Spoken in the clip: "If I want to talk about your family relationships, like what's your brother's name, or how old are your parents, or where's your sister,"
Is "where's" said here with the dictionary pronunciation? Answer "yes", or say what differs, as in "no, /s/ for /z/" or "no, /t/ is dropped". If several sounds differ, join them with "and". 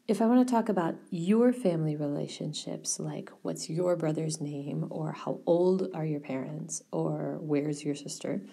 yes